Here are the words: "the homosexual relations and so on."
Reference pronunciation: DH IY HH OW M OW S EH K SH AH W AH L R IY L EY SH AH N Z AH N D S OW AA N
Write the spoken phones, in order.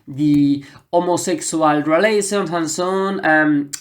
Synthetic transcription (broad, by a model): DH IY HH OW M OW S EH K S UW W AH L R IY L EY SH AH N AH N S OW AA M